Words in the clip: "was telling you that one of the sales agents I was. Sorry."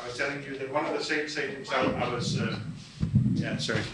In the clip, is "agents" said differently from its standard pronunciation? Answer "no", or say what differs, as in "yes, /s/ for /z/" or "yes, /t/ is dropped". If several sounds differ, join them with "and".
yes, /dʒ/ is dropped